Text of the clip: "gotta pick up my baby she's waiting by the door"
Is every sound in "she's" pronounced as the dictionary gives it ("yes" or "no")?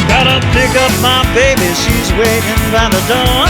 yes